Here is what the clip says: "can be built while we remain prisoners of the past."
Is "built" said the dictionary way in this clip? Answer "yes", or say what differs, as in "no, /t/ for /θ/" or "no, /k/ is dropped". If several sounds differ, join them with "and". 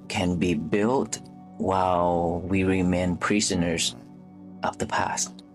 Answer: yes